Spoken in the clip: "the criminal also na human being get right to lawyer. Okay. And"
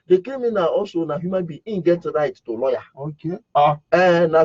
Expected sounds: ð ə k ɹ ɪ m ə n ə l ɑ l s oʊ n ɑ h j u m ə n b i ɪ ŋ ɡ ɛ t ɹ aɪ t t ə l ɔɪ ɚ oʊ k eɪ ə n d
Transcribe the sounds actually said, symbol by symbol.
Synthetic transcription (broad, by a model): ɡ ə k ɛ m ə n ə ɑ s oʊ n ɑ h j u m ə n b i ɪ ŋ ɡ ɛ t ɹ aɪ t t ə l ɔɪ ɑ oʊ k eɪ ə n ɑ